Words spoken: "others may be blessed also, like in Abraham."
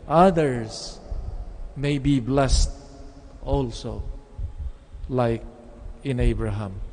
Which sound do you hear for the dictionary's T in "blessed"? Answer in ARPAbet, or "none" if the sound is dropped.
T